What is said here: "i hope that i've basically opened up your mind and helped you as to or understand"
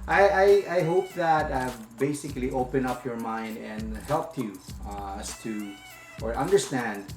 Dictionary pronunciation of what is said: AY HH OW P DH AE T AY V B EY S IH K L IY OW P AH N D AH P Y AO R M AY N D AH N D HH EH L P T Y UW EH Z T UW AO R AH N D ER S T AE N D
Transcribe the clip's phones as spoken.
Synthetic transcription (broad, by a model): AY HH OW P DH AE T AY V B EY S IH K L IY OW P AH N AH P Y AO R M AY N D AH N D HH EH L P T Y UW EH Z T UW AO R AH N D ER S T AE N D